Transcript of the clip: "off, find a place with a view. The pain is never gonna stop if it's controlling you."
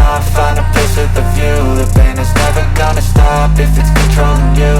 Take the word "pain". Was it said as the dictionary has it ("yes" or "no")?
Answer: no